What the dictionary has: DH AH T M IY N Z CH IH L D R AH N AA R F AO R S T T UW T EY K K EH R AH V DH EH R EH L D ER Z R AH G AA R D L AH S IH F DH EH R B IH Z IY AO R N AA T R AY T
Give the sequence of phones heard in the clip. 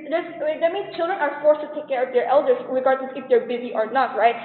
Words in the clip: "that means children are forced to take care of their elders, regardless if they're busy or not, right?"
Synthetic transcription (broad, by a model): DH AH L M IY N CH IH L D R AH N AA R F AO R S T T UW T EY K K EH R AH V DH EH R EH L D ER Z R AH G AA R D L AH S IH F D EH R B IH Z IY AO R N AA T R AY T